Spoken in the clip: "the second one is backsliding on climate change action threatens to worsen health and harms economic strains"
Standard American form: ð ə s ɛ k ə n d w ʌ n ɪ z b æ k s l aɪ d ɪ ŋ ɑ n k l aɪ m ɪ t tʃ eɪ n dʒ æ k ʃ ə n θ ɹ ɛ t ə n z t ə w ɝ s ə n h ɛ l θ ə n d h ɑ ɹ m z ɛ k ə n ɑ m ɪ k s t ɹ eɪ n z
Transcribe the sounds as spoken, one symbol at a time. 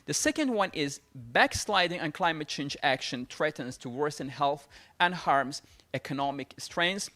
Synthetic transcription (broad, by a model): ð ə s ɛ k ə n d w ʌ n ɪ z b æ k s l aɪ d ɪ ŋ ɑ n k l aɪ m ɪ t tʃ eɪ n dʒ æ k ʃ ə n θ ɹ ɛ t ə n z t ə w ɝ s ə n h ɛ l θ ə n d h ɑ ɹ m z ɛ k ə n ɑ m ɪ k s t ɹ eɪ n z